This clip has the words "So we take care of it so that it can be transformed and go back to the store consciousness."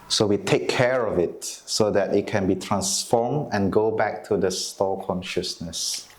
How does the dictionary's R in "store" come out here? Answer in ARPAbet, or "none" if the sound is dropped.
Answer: L